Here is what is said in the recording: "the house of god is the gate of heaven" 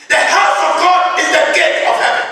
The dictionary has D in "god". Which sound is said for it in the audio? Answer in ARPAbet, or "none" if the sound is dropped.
D